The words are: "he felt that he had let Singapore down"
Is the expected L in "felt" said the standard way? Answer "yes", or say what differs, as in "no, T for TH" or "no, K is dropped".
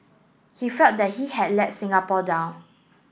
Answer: no, L is dropped